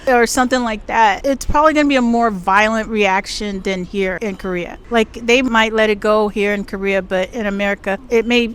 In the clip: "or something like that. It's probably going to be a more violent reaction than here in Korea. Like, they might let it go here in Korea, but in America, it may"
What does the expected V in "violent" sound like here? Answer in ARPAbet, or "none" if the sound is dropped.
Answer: V